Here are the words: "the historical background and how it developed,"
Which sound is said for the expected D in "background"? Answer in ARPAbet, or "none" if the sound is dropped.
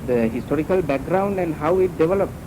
D